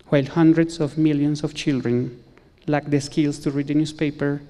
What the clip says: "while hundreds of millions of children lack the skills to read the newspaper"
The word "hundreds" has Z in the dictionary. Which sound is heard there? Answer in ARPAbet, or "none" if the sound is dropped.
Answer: S